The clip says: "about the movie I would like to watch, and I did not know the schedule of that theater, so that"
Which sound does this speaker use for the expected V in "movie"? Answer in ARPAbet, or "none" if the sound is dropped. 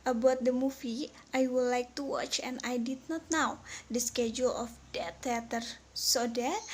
F